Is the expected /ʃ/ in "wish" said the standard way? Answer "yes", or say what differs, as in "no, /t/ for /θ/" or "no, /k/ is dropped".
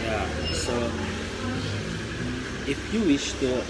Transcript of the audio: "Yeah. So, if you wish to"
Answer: yes